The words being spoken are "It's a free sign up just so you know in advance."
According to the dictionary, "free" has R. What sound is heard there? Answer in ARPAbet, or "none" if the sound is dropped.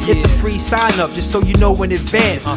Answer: R